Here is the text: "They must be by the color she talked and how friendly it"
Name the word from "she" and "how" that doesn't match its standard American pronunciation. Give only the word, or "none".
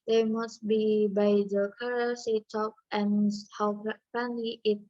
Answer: she